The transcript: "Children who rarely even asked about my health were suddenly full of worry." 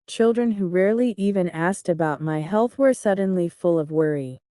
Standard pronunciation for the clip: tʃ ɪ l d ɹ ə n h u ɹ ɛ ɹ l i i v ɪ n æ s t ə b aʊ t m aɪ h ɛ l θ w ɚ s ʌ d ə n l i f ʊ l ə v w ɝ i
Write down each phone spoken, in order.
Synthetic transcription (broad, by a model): tʃ ɪ l d ɹ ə n h u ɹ ɛ ɹ l i i v ɪ n æ s t ə b aʊ t m aɪ h ɛ l θ w ɚ s ʌ d n l i f ʊ l ə v w ɝ i